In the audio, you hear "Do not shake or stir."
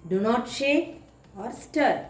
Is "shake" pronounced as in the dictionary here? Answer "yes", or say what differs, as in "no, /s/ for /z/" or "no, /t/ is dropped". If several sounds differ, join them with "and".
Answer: no, /k/ is dropped